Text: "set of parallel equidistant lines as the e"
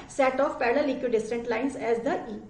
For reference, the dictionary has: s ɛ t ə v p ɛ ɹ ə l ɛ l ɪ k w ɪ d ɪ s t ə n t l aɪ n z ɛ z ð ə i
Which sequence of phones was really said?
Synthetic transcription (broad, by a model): s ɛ t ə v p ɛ l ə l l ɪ k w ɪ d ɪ s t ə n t l aɪ n s ɛ z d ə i